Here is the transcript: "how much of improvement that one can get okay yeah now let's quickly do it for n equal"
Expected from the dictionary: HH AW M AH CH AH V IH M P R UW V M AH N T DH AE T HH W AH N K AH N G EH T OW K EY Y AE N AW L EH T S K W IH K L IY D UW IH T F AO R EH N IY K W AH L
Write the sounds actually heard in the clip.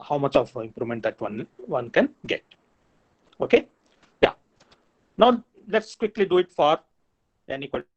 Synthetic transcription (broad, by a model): HH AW M AH CH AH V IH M P R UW M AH N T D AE T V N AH N K AH N G EH T OW K EY Y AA N AW L EH T S K W IH K L IY D UW IH T F AO R EH N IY K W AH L